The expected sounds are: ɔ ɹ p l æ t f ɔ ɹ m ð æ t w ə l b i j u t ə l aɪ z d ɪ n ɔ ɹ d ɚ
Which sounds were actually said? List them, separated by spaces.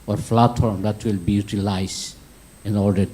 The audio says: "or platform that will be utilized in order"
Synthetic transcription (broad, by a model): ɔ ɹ f l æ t ɔ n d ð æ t w ə l b i j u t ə l aɪ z ɪ n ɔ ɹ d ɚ